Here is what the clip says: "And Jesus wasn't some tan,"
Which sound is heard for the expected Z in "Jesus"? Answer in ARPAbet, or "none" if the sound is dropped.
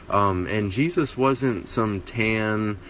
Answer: Z